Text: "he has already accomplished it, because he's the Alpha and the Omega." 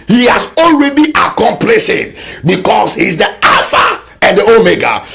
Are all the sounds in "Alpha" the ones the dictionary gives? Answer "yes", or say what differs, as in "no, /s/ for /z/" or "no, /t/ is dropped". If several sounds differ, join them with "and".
no, /l/ is dropped